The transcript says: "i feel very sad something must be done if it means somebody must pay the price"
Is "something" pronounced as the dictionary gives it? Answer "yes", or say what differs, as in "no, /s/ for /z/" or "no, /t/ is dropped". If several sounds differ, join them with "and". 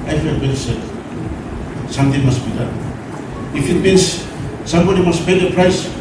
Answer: no, /t/ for /θ/